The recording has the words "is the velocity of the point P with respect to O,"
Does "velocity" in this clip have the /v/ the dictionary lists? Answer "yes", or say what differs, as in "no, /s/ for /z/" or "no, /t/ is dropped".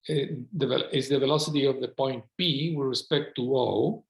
yes